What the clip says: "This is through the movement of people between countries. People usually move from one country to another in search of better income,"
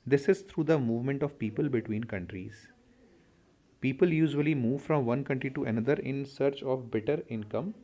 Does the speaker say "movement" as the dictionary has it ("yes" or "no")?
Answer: yes